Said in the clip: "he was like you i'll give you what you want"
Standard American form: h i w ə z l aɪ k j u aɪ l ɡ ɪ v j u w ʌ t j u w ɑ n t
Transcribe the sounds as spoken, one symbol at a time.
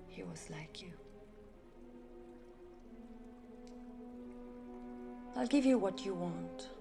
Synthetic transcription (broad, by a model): h i w ə z l aɪ k j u aɪ l ɡ ɪ v j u w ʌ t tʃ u w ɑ n t